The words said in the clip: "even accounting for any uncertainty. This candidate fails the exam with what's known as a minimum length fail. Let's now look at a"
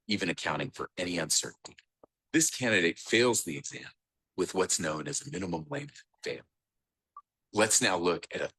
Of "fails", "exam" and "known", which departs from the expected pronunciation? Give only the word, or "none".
none